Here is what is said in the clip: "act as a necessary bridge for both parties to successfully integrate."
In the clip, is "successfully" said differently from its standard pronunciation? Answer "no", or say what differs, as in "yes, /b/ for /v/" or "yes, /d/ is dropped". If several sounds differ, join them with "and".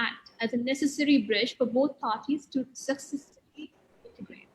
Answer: yes, /f/ is dropped